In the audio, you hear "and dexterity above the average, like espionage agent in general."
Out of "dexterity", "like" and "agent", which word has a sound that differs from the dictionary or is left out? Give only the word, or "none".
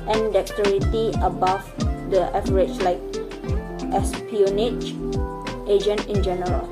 dexterity